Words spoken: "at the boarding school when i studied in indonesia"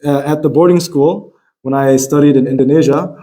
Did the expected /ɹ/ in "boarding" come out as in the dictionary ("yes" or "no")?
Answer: yes